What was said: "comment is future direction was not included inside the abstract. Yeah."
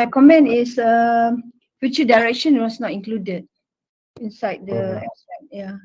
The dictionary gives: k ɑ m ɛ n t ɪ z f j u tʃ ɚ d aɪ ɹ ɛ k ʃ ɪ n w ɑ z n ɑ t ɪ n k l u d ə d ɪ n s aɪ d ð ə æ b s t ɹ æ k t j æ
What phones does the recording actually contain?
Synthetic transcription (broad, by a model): k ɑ m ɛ n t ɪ s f j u tʃ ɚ d aɪ ɹ ɛ k ʃ ɪ n w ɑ s n ɑ t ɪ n k l u d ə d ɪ n s aɪ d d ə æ s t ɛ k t j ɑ